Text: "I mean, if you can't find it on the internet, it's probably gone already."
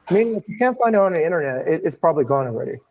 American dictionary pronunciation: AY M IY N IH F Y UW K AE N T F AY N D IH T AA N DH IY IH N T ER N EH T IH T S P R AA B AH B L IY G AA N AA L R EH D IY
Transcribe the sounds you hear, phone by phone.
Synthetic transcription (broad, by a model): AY M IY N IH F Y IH K AE N T F AY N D IH T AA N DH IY IH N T ER N EH T IH T S P R AA B AH B L IY G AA AA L R EH D IY